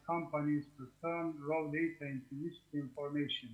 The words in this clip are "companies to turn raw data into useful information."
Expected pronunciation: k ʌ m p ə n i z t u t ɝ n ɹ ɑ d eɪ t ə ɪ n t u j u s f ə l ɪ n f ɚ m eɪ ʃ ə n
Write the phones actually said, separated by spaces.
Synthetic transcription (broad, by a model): k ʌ m p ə n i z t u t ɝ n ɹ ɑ d eɪ t ə ɪ n t u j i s ə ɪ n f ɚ m eɪ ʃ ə n